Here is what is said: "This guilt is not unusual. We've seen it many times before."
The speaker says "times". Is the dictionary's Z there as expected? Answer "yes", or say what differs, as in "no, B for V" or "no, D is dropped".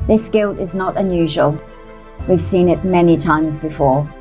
yes